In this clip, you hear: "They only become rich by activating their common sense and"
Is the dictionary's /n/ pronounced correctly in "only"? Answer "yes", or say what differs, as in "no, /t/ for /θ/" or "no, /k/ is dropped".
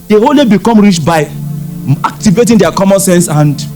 no, /n/ is dropped